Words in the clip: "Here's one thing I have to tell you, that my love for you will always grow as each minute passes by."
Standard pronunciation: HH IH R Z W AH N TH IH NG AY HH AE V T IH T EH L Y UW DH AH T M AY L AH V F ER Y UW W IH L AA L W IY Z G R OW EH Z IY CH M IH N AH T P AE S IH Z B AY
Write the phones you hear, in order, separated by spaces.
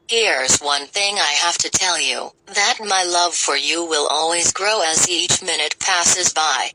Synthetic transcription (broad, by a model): HH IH R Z W AH N TH IH NG AY HH AE F T IH T EH L Y UW DH AH T M AY L AH V F ER Y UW W IH L AA L W IY Z G R OW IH Z IY CH M IH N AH T P AE S IH Z B AY